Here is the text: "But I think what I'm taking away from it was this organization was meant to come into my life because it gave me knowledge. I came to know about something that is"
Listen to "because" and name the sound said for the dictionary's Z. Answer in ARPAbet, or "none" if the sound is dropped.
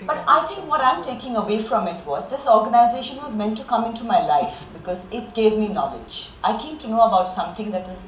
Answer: Z